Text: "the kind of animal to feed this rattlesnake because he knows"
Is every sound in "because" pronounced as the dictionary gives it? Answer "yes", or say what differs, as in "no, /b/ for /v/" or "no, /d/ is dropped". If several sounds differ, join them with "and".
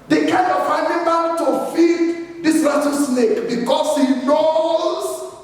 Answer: no, /s/ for /z/